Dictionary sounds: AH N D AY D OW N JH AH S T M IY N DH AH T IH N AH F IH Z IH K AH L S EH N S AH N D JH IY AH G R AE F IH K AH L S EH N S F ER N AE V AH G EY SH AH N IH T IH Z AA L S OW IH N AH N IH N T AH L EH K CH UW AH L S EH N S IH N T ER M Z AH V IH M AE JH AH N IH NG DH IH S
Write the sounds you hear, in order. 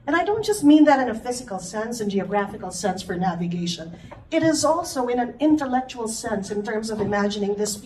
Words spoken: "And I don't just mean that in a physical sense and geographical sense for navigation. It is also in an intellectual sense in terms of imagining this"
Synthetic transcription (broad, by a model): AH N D AY D OW N JH AH S T M IY N DH AH T IH N AH F IH Z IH K L S EH N S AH N JH IY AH G R AE F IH K L S EH N S F ER N AE V AH G EY SH AH N IH T IH Z AA L S OW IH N AH N IH N T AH L EH K CH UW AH L S EH N S IH N T ER M Z AH V IH M AE JH AH N IH NG DH IH S